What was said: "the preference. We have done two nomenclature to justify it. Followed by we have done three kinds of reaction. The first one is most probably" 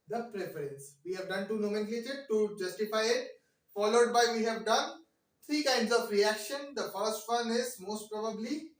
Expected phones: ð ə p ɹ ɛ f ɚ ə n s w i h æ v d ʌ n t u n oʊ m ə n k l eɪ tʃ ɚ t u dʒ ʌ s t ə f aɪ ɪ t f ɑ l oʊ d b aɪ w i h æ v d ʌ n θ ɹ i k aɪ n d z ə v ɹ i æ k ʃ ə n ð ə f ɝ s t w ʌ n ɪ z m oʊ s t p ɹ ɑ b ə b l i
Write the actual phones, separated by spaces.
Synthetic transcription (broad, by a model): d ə p ɹ ɛ f ɚ ə n s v i h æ v d ʌ n t u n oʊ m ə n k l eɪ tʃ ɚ t u dʒ ʌ s t ə f aɪ ɪ t f ɑ l oʊ d b aɪ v i h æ v d ʌ n t ɹ i k aɪ n d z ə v ɹ i æ k ʃ ə n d ə f ɝ s t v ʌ n ɪ z m oʊ s t p ɹ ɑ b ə b l i